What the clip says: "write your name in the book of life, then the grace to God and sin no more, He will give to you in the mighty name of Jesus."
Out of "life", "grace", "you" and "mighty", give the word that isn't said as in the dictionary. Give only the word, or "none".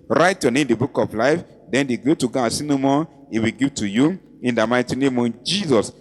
grace